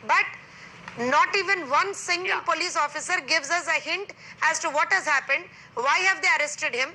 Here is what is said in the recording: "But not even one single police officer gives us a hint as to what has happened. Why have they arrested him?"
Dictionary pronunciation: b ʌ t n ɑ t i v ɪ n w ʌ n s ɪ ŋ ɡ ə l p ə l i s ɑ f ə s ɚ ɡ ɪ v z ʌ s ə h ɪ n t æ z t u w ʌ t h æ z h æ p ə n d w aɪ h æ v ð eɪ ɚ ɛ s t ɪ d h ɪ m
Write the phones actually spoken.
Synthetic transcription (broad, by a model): b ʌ t n ɑ t i v ɪ n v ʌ n s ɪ ŋ ɡ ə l p ə l i s ɑ f ə s ɚ ɡ ɪ v z ʌ s ə h ɪ n t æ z t u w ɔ t h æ z h æ p ə n d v aɪ h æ v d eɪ ɚ ɛ s t ɪ d h ɪ m